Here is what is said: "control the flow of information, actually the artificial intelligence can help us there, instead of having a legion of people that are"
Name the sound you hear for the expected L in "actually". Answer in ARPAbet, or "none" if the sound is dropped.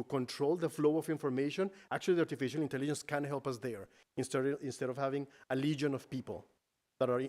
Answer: none